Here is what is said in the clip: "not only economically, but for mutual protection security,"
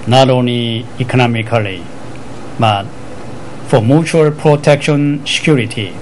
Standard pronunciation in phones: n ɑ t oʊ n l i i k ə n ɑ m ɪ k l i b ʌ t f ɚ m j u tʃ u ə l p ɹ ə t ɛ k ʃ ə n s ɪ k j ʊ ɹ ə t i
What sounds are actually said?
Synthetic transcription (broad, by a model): n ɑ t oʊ n i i k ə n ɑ m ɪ k l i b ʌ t f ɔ m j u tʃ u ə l p ɹ ə t ɛ k ʃ ə n s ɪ k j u ɹ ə t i